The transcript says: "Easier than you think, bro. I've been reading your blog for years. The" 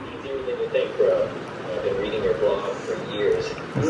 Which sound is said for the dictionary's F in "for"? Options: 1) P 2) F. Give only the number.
2